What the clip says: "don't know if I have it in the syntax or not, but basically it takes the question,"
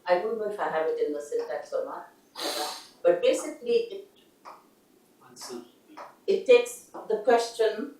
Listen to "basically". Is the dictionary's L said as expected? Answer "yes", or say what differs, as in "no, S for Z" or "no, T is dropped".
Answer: yes